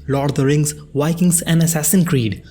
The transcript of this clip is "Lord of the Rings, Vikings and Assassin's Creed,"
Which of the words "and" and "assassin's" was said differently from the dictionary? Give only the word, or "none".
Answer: assassin's